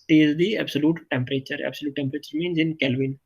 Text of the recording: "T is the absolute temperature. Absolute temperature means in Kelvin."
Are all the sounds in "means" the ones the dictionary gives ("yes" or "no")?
yes